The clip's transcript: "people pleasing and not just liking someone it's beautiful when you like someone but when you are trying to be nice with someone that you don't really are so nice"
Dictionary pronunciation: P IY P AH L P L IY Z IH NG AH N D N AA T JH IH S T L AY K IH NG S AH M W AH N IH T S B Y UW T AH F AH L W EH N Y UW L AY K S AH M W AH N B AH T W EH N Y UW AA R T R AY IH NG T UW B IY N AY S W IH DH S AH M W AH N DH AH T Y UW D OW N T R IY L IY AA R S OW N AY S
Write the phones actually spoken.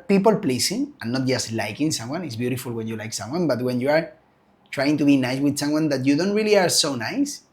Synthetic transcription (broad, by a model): P IY P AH L P L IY S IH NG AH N N AA T JH IH S T L AY K IH NG S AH M W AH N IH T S B Y UW T AH F AH L W EH N Y UW L AY K S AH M W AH N B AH T W EH N Y UW AA R T R AY IH NG T UW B IY N AY S W IH DH S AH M W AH N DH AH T Y UW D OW N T R IY L IY AA R S OW N AY S